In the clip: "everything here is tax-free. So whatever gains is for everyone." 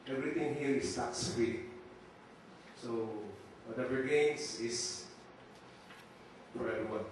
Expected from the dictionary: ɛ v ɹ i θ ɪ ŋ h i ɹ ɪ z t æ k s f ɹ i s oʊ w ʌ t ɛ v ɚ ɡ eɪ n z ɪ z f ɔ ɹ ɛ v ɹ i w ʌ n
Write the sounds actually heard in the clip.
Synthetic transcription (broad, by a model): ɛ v ɹ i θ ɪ ŋ h i ɹ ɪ s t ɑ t s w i s oʊ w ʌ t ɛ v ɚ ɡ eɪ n s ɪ s f ɔ ɹ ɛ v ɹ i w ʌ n